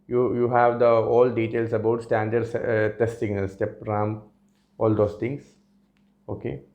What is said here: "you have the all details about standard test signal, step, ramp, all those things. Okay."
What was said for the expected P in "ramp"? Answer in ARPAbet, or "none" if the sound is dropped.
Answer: none